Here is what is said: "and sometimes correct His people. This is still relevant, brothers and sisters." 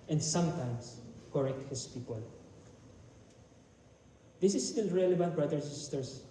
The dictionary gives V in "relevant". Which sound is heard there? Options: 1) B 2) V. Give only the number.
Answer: 1